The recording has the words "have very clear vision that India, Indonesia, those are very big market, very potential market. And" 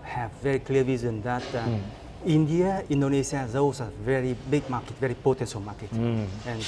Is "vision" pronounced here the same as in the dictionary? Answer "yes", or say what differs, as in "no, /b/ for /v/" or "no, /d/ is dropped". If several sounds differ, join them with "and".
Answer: no, /z/ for /ʒ/